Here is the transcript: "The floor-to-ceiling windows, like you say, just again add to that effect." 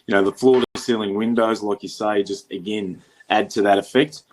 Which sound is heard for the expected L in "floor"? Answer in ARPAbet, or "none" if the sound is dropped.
L